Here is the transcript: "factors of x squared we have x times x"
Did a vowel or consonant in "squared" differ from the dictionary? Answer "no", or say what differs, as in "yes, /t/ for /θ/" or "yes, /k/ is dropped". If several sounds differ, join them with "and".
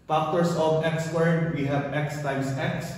yes, /k/ is dropped